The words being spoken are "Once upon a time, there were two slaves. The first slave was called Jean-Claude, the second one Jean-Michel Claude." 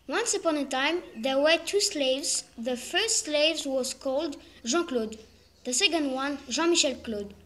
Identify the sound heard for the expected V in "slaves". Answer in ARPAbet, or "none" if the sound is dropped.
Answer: V